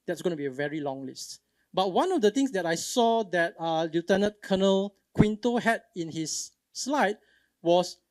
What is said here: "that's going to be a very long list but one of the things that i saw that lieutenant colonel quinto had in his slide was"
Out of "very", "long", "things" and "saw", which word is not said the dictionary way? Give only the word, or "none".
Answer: things